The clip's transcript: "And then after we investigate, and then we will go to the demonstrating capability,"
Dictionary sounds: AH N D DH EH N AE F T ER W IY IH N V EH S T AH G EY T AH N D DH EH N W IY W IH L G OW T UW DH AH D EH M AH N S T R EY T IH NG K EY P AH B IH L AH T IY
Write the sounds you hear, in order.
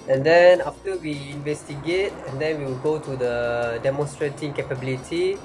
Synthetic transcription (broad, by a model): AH N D EH N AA F T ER W IY IH N V EH S T AH G EY T AH N D EH N W IY W IH L G OW T UW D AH D EH M AH N S T R EY T IH NG K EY P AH B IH L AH T IY